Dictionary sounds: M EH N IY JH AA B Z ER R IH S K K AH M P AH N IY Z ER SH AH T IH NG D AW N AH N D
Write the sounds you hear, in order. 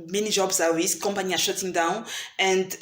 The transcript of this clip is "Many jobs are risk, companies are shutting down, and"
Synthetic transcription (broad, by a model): M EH N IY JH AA B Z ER W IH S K K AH M P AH N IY AA SH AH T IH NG D AW N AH N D